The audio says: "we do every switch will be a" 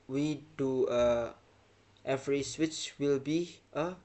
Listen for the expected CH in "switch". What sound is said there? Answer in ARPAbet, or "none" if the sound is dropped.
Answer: CH